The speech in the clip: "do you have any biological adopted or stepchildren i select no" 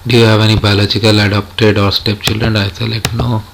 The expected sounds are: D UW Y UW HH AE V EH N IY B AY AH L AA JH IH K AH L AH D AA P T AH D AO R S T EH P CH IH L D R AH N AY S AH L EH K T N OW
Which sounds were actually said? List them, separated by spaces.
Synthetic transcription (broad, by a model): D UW Y UW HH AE V EH N IY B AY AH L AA CH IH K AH L AH D AA P T AH D AO R S T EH P CH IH L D R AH N AY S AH L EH T N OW